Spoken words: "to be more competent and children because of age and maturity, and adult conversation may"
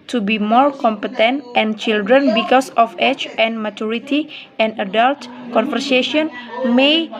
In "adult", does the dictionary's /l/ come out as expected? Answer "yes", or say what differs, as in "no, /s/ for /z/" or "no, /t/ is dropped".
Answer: yes